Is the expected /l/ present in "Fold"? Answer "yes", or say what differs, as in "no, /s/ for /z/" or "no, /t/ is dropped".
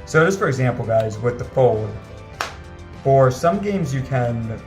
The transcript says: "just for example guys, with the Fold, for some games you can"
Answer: yes